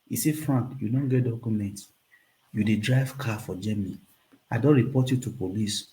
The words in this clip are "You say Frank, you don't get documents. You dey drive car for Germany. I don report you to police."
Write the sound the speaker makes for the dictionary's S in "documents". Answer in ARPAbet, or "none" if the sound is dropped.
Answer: none